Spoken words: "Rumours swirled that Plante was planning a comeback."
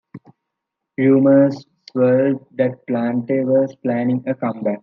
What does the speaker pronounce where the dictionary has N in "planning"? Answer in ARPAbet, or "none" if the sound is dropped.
N